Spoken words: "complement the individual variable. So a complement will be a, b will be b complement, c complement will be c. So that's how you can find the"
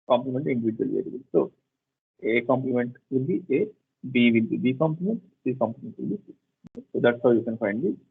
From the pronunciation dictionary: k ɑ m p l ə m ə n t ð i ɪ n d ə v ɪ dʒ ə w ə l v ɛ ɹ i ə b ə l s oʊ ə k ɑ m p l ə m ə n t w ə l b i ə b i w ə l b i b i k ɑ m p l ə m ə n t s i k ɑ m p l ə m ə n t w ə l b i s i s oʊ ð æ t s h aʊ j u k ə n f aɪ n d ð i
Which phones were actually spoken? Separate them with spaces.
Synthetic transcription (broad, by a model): k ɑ m p l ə m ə n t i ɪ n d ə v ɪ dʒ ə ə l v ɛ l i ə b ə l s oʊ ə k ɑ m p l ə m ə n t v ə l b i ə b i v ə l b i b i k ɑ m p l ə m ə n t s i k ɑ m p l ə m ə n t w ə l b i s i s oʊ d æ t s h aʊ j u k ə n f aɪ n d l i